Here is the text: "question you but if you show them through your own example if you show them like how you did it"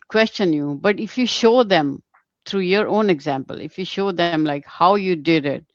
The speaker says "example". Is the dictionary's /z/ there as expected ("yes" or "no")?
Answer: yes